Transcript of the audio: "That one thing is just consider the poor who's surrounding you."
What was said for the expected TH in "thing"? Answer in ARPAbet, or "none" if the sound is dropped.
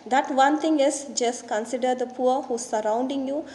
T